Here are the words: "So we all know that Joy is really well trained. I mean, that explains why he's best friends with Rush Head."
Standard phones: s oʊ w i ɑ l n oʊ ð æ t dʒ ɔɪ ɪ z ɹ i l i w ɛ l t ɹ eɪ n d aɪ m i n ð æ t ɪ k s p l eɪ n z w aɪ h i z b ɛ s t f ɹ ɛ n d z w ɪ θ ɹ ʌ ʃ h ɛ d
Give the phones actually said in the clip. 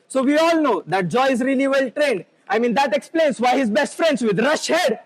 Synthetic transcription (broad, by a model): s oʊ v i ɑ l n oʊ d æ t dʒ ɔɪ ɪ z ɹ i l i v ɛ l t ɹ eɪ n d aɪ m i n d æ t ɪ k s p l eɪ n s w aɪ h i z b ɛ s t f ɹ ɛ n d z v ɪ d ɹ ʌ ʃ h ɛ d